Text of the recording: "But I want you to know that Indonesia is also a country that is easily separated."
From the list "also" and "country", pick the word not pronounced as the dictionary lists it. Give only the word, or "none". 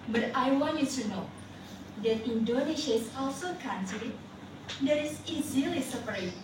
country